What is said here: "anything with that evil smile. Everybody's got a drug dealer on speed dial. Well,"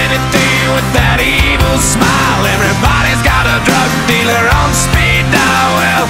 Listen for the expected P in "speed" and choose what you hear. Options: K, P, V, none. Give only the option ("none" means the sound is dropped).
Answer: P